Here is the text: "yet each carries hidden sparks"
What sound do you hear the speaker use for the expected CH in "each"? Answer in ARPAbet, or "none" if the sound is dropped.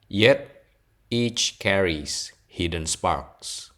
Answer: CH